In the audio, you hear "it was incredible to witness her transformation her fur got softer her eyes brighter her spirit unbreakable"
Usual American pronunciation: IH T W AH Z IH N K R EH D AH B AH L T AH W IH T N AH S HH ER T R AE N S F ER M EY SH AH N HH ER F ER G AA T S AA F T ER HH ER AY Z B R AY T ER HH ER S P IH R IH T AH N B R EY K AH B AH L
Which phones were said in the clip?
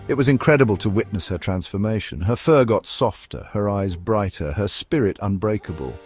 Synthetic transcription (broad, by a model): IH T W AH Z IH N K R EH D AH B AH L T AH W IH T N AH S HH ER T R AE N S F ER M EY SH AH N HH ER F ER G AA T S AA F T ER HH ER AY Z B R AY T ER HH ER S P IH R IH T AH N B R EY K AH B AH L